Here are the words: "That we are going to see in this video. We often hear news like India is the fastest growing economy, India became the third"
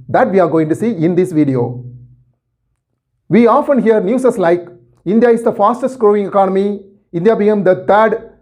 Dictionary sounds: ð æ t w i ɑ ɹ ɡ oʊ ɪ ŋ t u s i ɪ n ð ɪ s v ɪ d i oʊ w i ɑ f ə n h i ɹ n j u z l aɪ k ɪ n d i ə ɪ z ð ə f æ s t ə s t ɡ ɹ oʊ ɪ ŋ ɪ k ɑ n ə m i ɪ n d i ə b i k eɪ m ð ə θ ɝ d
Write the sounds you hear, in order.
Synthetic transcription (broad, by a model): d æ t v i ɑ ɹ ɡ oʊ ɪ ŋ t u s i ɪ n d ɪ s v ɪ d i oʊ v i ɑ f ə n h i ɹ n j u s l aɪ k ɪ n d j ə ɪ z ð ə f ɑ s t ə s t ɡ ɹ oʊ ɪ ŋ ɪ k ɑ n ə m i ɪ n d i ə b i eɪ m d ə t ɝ d